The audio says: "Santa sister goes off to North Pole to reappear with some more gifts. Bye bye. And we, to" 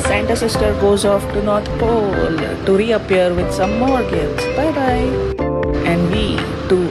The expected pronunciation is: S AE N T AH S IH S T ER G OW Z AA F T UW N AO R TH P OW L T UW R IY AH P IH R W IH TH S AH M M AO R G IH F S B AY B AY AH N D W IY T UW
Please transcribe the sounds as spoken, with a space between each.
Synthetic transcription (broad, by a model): S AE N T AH S IH S T ER G OW Z AA F T UW N AO R T P OW L T UW R IY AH P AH R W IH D S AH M M AO R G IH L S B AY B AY AH N D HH IY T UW